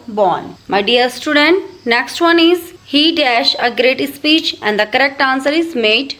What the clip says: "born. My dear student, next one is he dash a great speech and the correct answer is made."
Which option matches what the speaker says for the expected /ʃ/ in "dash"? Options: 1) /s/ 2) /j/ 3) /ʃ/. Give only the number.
3